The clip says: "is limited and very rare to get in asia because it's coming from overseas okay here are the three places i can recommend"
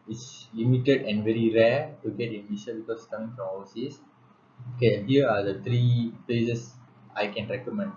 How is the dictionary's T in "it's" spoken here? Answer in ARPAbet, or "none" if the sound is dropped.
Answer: S